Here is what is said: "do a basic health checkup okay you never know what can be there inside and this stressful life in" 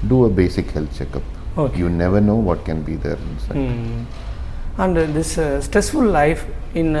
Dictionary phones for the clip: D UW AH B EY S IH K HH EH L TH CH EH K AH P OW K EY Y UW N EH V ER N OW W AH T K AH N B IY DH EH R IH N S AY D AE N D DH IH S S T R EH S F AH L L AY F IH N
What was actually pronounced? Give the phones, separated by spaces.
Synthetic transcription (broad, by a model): D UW AH B EY S IH K HH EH L T CH EH K AH P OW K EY Y UW N EH V ER N OW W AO T K AH N B IY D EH R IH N S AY AE N D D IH S S T R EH S F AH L L AY F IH N